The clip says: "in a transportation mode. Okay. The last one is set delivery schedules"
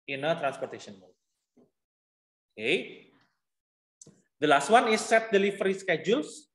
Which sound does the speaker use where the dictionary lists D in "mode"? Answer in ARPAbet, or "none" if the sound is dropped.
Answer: none